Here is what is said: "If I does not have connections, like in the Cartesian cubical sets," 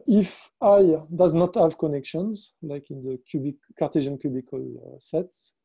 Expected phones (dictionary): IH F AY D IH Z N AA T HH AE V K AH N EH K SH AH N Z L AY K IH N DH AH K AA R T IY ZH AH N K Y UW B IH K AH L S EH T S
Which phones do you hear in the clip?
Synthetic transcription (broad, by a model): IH F AY D IH Z N AA T HH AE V K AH N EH K SH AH N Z L AY K IH N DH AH K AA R T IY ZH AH N K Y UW B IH K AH L S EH T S